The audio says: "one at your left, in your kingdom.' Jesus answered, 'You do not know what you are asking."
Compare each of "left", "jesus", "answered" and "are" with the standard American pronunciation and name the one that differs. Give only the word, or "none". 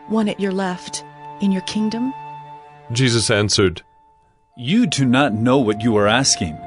none